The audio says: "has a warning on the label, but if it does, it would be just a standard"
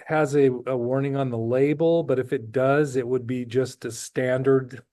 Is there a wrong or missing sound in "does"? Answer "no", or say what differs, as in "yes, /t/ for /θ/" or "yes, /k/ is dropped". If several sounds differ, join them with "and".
no